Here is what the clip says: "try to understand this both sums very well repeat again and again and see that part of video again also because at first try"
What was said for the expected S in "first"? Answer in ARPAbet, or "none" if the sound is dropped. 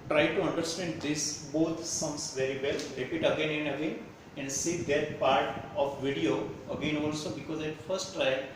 S